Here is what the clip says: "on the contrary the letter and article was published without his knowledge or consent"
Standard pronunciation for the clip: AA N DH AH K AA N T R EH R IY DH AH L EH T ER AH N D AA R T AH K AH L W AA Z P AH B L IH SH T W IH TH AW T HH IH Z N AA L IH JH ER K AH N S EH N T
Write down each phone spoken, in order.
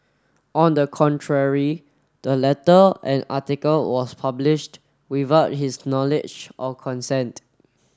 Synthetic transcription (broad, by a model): AA N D AH K AA N T R EH R IY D AH L EH T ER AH N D AA T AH K AH L W AA S P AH B L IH SH T W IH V AW T HH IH S N AA L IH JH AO K AH N S EH N T